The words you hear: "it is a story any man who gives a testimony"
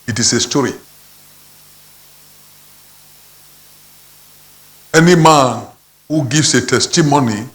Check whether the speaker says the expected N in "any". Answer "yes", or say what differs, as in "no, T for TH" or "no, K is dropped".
yes